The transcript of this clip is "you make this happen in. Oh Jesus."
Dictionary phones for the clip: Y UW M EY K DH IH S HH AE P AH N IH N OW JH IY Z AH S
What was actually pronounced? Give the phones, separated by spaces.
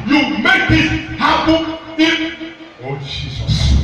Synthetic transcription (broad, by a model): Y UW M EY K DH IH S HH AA B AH IH OW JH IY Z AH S